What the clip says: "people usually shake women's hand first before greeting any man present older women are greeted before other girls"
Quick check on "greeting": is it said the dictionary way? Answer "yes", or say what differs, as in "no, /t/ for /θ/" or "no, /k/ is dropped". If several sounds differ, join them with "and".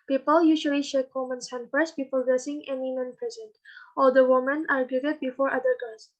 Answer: no, /s/ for /t/